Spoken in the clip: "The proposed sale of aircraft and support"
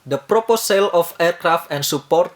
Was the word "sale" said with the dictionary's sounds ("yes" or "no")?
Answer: yes